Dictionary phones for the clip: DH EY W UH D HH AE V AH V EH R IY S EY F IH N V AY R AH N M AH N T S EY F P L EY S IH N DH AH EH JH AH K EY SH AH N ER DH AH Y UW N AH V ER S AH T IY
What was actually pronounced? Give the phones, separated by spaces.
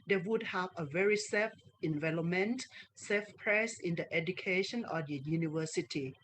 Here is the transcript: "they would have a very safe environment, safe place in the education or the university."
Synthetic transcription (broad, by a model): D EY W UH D HH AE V AH V EH R IY S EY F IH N V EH L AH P M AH N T S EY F P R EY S IH N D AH EH JH AH K EY SH AH N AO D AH Y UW N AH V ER S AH T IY